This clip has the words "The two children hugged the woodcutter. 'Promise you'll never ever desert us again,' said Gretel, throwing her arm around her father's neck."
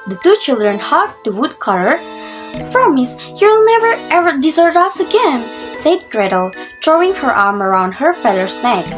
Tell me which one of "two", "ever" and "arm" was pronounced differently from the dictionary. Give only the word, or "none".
none